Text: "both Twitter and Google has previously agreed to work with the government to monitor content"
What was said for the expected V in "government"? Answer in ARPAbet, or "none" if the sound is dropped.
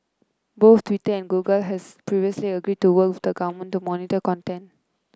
none